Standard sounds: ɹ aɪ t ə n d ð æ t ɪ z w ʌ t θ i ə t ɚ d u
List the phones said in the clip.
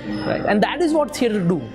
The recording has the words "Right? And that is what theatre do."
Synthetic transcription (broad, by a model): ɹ aɪ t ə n d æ t ɪ z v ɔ t s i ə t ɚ d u